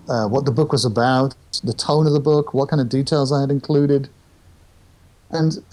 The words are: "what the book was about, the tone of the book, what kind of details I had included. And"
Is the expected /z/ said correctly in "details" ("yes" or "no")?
yes